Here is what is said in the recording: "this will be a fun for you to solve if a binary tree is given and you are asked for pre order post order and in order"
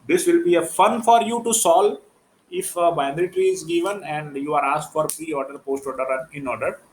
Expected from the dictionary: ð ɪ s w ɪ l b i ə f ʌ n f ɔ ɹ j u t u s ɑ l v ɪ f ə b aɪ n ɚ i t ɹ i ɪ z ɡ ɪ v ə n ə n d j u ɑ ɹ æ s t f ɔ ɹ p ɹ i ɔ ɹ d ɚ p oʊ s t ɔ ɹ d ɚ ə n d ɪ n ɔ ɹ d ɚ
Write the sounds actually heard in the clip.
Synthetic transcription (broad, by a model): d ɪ s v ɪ l b i ə f ʌ n f ɔ ɹ j u t u s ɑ l ɪ f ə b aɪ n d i t ɹ i ɪ z ɡ ɪ v ə n ə n d j u ɑ ɹ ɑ s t f ɔ ɹ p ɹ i ɔ ɹ d ɚ p oʊ s t ɔ ɹ d ɚ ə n ɪ n ɔ ɹ d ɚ